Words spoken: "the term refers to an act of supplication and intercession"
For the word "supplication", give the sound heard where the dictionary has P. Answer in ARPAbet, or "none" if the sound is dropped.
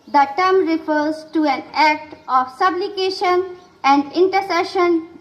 B